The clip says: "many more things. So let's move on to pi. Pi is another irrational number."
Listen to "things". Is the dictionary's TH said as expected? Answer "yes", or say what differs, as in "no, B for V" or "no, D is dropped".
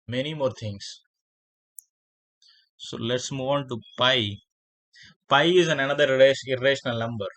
no, T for TH